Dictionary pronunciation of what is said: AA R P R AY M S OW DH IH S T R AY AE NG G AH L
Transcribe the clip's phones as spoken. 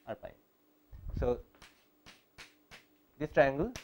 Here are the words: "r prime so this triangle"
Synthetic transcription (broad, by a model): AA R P AY S OW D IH S T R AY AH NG G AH L